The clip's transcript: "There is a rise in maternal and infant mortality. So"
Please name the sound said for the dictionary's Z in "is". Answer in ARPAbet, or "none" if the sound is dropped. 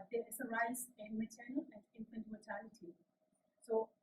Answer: S